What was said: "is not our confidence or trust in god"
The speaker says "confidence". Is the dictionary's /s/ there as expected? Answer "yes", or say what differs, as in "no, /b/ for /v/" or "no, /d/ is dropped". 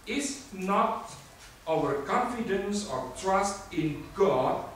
yes